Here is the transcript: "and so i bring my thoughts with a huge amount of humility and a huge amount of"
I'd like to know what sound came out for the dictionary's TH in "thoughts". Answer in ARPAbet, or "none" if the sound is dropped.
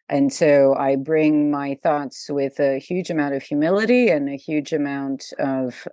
TH